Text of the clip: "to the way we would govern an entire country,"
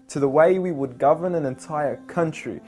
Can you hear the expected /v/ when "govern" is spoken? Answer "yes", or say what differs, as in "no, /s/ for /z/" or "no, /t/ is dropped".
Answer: yes